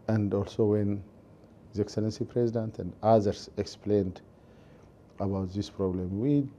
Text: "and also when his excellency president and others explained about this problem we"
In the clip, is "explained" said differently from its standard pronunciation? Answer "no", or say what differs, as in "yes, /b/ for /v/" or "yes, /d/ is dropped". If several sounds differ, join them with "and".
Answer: no